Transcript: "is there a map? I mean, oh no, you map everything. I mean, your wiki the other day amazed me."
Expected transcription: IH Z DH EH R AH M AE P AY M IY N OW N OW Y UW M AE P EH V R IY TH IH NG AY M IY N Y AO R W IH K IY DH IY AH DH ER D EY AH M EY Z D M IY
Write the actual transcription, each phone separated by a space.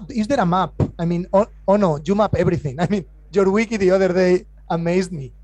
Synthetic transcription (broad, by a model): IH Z DH EH R AH M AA P AY M IY N OW N OW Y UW M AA P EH B R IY TH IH NG AY M IY N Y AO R W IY K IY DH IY AH DH ER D EY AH M EY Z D M IY